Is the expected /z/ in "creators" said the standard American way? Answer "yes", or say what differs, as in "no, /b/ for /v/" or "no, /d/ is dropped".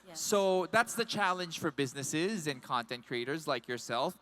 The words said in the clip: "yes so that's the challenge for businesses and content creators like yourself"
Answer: yes